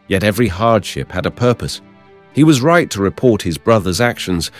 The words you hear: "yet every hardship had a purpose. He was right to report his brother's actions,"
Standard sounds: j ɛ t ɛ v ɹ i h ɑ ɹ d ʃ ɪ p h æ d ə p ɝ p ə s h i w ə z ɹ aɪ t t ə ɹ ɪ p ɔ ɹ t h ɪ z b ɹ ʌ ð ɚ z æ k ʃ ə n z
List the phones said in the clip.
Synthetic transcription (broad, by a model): j ɛ t ɛ v ɹ i h ɑ ɹ d ʃ ɪ p h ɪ d ə p ɝ p ə s h i w ə z ɹ aɪ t t ə ɹ ɪ p ɔ ɹ t h ɪ z b ɹ ʌ ð ɚ z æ k ʃ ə n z